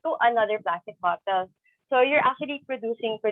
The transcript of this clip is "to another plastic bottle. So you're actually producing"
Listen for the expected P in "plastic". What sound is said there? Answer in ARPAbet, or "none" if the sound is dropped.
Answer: B